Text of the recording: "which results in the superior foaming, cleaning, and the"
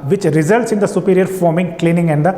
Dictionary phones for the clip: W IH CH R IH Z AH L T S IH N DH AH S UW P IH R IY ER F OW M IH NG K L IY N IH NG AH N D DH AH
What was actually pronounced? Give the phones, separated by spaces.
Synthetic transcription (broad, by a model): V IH CH R IH Z AH L T S IH N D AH S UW P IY R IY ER F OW M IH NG K L IY N IH NG AH N D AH